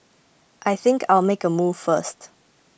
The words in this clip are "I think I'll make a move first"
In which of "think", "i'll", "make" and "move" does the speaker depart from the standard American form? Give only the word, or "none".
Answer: none